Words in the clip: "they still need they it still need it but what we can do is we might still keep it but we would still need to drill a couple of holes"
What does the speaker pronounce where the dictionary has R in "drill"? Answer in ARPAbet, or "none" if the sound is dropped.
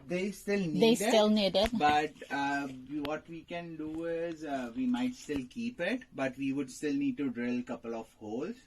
R